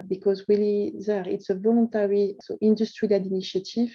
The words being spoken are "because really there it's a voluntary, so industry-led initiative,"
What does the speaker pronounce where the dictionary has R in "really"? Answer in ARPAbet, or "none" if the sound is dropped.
W